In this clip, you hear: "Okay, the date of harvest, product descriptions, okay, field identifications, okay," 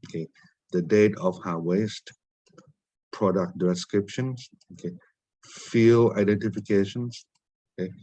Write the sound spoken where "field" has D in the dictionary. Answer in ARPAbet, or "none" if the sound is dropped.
none